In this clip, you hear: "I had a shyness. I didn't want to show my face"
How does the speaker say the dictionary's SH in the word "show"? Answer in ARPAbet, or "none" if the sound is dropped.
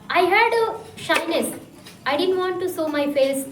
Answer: S